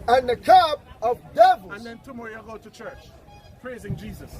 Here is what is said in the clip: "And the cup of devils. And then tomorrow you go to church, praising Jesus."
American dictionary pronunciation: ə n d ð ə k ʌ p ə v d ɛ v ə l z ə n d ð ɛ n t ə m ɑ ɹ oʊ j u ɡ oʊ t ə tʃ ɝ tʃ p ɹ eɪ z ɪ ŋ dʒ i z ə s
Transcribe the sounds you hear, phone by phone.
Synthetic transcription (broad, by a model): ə n ð ə k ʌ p ə v d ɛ v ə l ə n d ð ɛ n t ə m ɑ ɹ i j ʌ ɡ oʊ t ə tʃ ɝ tʃ p ɹ eɪ z ɪ ŋ dʒ i z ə s